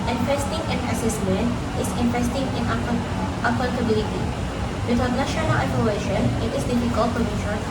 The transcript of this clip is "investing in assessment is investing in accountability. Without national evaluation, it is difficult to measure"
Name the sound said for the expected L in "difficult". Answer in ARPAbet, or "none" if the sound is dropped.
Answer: L